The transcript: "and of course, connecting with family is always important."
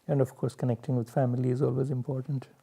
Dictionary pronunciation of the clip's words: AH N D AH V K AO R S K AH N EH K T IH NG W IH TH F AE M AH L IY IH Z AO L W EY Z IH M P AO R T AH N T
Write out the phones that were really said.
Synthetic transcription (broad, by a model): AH N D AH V K AO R S K AH N EH K T IH NG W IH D F AE M AH L IY IH Z AO L W EY Z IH M P AO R T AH N T